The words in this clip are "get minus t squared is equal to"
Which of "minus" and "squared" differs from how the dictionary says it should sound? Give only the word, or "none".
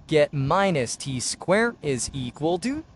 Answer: squared